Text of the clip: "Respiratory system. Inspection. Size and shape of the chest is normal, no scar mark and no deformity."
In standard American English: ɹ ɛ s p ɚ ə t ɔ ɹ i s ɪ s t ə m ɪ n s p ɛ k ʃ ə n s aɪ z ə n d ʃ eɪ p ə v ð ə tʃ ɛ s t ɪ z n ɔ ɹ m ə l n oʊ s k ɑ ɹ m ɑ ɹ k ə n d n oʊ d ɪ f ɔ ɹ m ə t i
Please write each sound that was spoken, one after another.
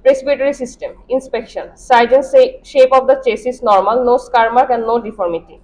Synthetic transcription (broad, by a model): ɹ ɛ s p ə t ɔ ɹ i s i s t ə m ɪ n s p ɛ k ʃ ə n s aɪ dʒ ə n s ʃ eɪ p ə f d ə tʃ ɛ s ɪ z n ɔ ɹ m ə l n oʊ s k ɑ ɹ m ɑ ɹ k ə n d n oʊ d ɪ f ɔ ɹ m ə t i